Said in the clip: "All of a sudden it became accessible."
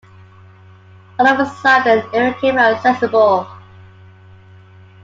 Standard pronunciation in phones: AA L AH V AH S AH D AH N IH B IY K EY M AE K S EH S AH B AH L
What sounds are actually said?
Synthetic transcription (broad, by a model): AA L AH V AH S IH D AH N IH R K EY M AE S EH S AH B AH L